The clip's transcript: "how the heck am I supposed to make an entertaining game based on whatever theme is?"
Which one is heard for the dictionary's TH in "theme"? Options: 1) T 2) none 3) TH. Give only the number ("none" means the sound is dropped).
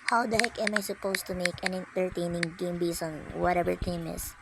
1